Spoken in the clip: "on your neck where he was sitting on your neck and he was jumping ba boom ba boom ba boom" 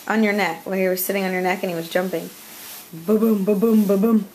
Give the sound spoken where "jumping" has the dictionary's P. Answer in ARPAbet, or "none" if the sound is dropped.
P